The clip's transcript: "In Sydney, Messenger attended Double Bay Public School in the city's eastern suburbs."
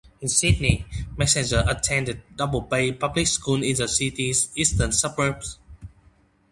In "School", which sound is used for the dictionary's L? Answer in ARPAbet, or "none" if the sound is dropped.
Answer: N